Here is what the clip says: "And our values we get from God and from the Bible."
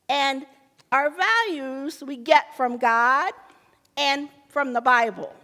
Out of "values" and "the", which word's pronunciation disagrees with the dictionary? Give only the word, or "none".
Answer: none